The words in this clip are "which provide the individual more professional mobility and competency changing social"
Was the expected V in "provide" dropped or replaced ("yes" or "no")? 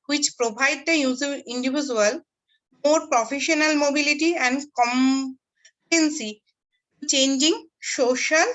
yes